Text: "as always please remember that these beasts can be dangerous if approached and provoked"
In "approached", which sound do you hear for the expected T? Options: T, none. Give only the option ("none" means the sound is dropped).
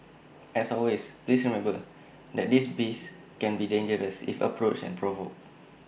none